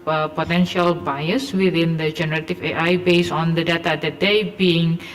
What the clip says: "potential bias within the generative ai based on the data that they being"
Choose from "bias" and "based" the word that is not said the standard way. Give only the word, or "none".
based